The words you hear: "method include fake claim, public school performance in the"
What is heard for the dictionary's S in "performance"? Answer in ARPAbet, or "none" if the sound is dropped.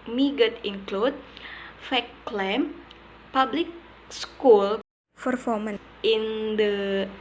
none